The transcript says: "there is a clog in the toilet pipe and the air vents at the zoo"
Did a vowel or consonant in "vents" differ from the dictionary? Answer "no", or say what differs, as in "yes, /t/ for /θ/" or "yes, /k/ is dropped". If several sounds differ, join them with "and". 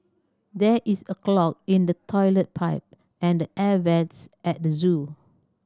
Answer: yes, /n/ is dropped